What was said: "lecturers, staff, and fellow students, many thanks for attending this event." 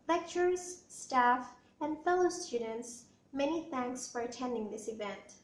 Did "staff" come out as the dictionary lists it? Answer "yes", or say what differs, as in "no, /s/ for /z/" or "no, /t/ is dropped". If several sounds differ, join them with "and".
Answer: yes